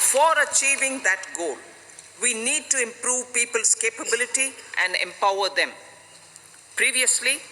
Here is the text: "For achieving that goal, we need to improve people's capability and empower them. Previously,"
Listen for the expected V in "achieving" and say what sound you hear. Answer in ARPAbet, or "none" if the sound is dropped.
V